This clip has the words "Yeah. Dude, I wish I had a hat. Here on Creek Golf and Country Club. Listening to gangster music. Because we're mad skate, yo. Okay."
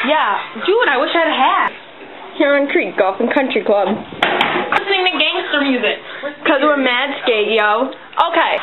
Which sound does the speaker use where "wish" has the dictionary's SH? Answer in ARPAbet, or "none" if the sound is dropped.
SH